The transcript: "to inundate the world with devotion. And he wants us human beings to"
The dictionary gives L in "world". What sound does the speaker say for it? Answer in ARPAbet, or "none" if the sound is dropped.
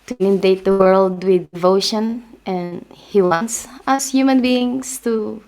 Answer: L